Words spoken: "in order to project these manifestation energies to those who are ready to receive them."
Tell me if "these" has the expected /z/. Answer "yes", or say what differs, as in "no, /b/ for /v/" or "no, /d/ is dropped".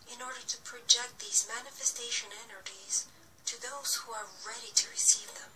yes